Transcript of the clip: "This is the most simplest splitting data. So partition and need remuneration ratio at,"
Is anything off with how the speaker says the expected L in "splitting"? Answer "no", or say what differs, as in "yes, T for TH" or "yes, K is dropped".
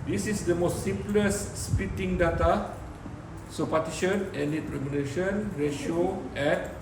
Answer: yes, L is dropped